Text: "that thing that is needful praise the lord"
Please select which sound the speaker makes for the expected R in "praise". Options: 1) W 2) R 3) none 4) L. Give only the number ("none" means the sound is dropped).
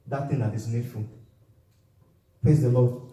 3